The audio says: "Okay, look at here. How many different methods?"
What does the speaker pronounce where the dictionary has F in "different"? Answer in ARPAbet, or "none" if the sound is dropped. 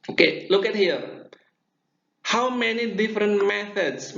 F